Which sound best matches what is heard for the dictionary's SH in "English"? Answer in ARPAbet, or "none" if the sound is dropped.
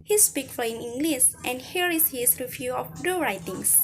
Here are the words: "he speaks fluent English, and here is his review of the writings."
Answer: S